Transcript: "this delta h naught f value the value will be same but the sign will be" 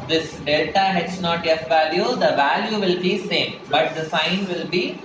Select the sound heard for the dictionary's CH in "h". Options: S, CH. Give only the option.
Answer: S